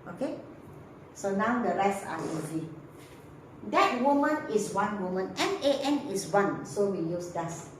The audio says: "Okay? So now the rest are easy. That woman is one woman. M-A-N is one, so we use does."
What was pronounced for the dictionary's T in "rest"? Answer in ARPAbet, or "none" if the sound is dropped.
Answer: none